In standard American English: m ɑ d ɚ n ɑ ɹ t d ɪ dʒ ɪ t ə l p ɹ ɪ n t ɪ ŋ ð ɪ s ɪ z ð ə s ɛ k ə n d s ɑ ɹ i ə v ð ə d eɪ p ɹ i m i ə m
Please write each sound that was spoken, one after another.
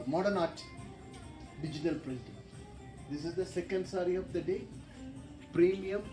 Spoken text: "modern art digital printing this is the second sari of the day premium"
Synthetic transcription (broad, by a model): m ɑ d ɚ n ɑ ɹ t d ɪ dʒ ɪ t ə l p l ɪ t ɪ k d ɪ s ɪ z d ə s ɛ k ə n d s ɑ ɹ i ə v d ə d eɪ p ɹ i m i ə m